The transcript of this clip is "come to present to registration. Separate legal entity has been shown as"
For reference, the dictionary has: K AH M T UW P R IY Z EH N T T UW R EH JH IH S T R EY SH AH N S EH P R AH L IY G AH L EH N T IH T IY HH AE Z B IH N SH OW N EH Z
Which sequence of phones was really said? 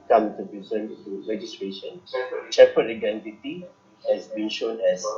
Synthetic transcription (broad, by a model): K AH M T UW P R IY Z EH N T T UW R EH JH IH S T R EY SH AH N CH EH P AH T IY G EH N T IH T IY HH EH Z B IH N SH OW N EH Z